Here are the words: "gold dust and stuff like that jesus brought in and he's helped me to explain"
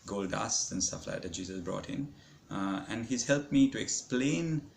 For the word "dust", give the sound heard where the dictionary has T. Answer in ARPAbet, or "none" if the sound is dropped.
none